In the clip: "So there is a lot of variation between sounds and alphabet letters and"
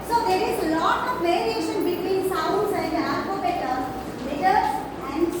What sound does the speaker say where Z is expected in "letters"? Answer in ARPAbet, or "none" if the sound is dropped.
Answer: none